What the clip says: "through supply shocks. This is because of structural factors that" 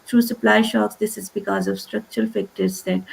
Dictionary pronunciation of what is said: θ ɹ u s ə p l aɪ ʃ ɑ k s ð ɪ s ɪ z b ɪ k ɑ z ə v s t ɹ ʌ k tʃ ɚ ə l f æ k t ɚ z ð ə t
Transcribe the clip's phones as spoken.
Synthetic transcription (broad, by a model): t ɹ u s ə p l aɪ ʃ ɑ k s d ɪ s ɪ z b ɪ k ɑ z ə v s t ɹ ʌ k tʃ ɚ ə l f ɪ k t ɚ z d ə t